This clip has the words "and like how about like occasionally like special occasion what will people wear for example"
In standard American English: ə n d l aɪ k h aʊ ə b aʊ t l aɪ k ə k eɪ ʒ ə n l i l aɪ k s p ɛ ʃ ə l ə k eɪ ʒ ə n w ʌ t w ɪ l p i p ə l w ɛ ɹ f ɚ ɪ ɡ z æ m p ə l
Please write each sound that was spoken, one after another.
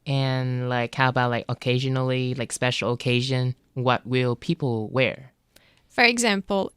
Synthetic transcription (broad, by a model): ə n l aɪ k h aʊ ə b aʊ t l aɪ k ə k eɪ ʒ ə n l i l aɪ k s p ɛ ʃ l ə k eɪ ʒ ə n w ʌ t w ɪ l p i p l w ɛ ɹ f ɚ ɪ ɡ z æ m p l